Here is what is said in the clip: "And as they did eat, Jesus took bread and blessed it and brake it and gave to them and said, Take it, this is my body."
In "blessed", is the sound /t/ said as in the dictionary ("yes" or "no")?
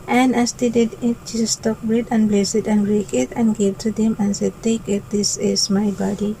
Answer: no